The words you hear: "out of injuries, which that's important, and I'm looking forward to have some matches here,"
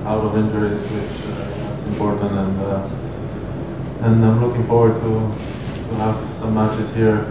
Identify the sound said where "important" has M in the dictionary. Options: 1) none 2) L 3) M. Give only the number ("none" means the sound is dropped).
3